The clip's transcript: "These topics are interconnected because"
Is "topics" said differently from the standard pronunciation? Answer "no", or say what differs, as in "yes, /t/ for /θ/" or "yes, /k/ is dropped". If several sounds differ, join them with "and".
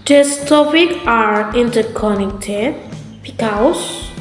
yes, /s/ is dropped